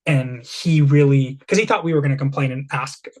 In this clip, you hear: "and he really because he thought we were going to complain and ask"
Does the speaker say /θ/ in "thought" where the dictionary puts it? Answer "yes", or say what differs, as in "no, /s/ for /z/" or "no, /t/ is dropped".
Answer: yes